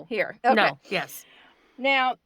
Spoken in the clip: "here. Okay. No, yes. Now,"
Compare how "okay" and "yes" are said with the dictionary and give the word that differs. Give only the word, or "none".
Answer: okay